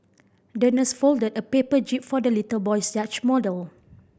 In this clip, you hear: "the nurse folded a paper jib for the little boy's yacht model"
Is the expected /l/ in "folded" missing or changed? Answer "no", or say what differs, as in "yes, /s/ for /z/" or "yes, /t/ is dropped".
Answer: no